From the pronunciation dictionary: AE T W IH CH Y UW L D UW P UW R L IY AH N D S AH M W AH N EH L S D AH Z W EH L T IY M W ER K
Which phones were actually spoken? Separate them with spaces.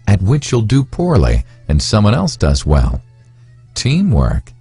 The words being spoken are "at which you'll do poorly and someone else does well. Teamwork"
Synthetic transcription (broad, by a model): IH T W IH CH Y UW L D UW P UW R L IY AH N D S AH M W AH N EH L S D AH Z W EH L T IY M W ER K